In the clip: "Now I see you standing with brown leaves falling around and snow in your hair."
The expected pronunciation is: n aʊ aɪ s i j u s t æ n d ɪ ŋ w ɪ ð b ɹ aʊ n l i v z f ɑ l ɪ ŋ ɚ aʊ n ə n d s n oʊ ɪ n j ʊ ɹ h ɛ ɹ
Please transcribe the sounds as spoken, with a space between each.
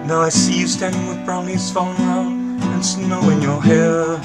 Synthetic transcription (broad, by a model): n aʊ aɪ s i j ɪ s t æ n d ɪ ŋ w ɪ ð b ɹ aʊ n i z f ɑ n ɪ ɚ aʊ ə n s n oʊ ɪ n j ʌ ɹ h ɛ ɹ